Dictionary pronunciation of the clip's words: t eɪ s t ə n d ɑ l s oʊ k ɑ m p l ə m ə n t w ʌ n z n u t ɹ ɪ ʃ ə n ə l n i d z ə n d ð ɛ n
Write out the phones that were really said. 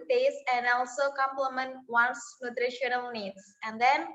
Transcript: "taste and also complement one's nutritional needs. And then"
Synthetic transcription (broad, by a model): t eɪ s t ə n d ɑ l s oʊ k ɑ m p l ə m ə n t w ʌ n s n u t ɹ ɪ ʃ ə n ə l n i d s ə n d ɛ n